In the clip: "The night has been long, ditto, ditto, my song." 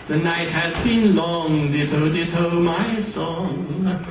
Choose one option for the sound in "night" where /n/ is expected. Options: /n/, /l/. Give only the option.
/n/